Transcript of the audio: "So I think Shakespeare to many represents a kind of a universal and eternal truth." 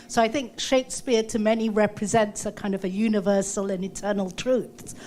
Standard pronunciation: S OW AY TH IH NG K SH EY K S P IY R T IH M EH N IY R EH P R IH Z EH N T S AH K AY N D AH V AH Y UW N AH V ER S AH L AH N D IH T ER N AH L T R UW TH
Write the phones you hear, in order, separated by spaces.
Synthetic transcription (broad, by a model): S OW AY TH IH NG K SH EY K S P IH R T IH M EH N IY R EH P R IH Z EH N T S AH K AY N D AH V AH Y UW N AH V ER S AH L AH N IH T ER N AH L T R UW TH